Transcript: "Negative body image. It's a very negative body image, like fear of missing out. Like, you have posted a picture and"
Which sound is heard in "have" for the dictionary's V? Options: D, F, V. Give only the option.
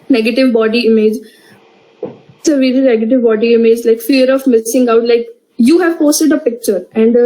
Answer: V